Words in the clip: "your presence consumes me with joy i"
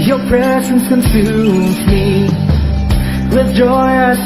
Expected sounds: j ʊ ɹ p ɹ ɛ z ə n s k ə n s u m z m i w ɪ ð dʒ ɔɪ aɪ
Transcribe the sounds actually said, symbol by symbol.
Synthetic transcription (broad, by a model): j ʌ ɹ p ɹ ɛ z ə n s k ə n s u z m i w ɪ ð dʒ ɔɪ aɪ